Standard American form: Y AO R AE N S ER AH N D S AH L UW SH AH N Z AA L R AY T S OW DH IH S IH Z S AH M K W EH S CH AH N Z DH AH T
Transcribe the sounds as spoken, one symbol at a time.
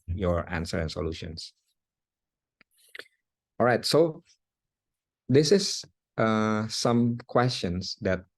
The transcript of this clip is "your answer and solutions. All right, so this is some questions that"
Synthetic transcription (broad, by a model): Y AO R AE N S ER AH N S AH L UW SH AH N S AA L R AY T S OW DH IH S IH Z S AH M K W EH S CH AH N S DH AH T